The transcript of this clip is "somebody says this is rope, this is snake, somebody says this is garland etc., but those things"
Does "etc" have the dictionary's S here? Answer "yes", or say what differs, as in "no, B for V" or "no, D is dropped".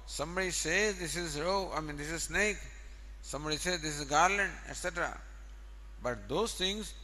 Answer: yes